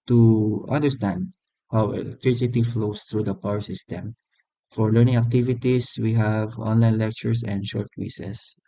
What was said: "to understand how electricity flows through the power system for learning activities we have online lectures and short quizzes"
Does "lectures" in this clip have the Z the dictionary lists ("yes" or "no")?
no